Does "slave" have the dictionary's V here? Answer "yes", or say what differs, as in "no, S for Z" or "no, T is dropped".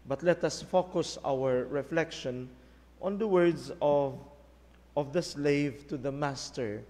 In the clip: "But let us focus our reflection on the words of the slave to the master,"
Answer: yes